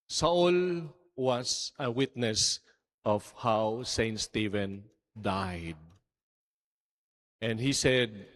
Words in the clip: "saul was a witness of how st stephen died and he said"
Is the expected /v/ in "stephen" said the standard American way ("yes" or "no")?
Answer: yes